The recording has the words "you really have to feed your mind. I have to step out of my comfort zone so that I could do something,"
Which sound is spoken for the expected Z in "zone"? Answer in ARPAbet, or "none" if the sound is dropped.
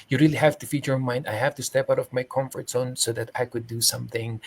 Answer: S